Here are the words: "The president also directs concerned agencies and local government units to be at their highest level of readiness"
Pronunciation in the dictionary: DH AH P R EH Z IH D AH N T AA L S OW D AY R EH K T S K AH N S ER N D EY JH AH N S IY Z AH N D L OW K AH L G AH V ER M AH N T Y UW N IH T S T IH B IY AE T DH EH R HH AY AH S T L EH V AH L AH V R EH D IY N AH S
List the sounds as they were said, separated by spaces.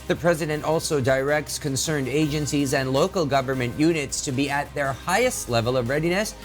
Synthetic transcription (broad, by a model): DH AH P R EH Z IH D AH N T AA L S OW D AY R EH K T S K AH N S ER N D EY JH AH N S IY Z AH N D L OW K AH L G AH V ER M AH N T Y UW N IH T S T IH B IY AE T DH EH R HH AY AH S T L EH V AH L AH V R EH D IY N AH S